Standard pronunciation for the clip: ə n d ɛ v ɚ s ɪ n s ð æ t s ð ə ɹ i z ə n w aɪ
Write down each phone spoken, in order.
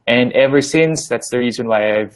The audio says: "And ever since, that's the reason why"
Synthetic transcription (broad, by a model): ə n ɛ v ɚ s ɪ n s ð æ t s ð ə ɹ i z ə n w aɪ